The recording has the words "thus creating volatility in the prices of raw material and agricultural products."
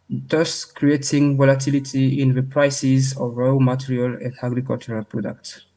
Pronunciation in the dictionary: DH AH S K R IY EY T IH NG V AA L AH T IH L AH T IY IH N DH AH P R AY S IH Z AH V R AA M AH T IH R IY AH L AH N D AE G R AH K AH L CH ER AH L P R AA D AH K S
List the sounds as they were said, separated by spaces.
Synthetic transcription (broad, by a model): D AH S K R IY EY T IH NG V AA L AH T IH L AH T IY IH N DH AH P R AY S IH Z AH V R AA M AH T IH R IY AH L AH N D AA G R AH K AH L CH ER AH L P R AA D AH K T